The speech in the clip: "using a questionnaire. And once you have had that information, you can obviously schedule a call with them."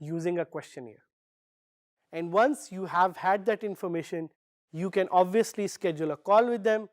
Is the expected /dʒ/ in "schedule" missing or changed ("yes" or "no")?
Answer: no